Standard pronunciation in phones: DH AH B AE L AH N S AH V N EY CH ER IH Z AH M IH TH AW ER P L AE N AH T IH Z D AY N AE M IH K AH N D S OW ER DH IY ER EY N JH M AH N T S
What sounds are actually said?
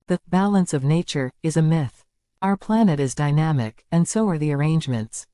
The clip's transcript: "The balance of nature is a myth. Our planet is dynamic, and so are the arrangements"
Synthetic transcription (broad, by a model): DH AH B AE L AH N S AH V N EY CH ER IH Z AH M IH TH AW ER P L AE N AH T IH Z D AY N AE M IH K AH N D S OW ER DH IY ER EY N JH M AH N T S